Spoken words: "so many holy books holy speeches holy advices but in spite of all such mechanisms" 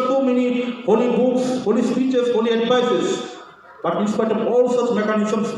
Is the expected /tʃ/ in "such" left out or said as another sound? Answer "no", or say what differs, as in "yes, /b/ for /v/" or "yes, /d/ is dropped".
no